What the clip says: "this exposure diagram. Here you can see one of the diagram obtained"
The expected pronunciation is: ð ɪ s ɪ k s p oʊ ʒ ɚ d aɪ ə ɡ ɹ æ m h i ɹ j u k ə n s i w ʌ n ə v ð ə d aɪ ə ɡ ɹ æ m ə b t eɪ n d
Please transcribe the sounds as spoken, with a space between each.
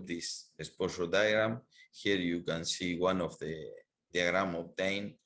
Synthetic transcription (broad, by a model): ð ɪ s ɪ s p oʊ s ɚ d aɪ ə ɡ ɹ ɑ m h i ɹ j u k ə n s i w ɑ n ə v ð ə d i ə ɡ ɹ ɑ m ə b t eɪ n